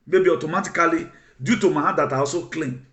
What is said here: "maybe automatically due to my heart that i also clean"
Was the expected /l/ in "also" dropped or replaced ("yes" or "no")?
yes